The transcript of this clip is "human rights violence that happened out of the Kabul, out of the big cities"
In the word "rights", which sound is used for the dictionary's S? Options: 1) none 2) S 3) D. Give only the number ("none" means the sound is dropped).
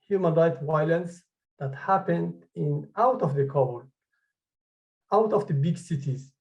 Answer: 1